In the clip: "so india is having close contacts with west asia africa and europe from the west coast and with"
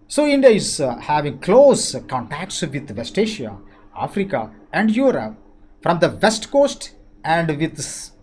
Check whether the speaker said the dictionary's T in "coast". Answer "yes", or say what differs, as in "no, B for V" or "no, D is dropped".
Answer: yes